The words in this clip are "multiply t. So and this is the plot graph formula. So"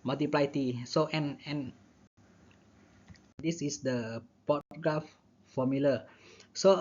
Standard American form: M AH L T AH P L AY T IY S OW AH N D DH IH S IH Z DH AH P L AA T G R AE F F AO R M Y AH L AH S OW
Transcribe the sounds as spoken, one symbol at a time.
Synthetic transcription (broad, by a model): M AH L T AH P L AY T IY S OW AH N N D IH S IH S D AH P AA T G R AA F F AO M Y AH L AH S OW